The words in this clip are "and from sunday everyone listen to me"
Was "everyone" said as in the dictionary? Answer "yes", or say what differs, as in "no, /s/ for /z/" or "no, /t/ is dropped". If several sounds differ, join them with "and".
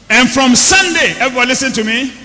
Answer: no, /ɹ/ is dropped